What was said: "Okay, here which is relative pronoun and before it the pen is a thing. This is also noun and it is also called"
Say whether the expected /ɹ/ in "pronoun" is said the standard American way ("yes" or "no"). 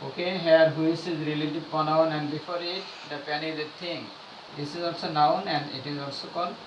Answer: no